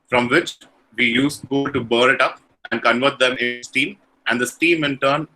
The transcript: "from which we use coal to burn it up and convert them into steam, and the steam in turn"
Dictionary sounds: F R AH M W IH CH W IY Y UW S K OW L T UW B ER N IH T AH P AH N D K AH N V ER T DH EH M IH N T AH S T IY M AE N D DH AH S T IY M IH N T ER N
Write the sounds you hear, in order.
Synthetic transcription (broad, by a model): F R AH M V IH CH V IY Y UW S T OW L T UW B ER IH T AH P AH N D K AH N V ER T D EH M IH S T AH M T AE N D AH S T IY M IH N T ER N